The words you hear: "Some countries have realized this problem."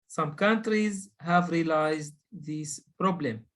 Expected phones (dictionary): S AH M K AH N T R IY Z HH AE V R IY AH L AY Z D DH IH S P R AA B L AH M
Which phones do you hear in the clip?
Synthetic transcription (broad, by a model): S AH M K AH N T R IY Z HH AE V R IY L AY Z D DH IH S P R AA B L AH M